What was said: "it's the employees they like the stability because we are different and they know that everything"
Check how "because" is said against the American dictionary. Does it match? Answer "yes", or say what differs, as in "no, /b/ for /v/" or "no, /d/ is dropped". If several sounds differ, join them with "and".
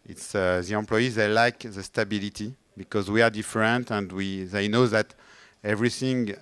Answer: yes